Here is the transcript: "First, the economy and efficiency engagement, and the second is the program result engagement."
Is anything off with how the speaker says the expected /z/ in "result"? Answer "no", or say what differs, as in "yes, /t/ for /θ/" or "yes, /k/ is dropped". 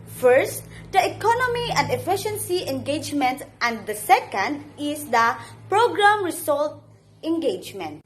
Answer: yes, /s/ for /z/